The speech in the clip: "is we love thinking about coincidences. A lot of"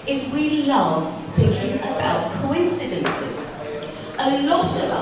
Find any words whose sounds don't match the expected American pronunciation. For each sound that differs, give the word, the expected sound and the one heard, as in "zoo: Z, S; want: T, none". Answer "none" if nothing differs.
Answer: none